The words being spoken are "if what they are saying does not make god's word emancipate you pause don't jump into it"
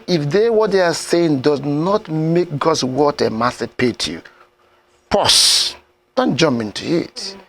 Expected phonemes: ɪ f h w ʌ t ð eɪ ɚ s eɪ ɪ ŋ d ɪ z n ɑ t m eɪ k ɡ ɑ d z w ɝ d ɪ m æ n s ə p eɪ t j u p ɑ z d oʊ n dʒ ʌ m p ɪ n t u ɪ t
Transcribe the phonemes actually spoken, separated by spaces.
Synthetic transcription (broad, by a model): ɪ f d w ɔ t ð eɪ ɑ s eɪ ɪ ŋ d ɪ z n ɑ t m eɪ k ɡ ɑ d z w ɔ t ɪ m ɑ s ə p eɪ t j u p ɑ s d oʊ n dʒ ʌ m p ɪ n t u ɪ t